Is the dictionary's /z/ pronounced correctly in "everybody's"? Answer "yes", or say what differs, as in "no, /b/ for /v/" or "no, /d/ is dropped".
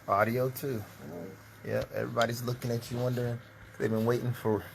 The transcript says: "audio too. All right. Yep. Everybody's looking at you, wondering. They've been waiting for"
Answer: yes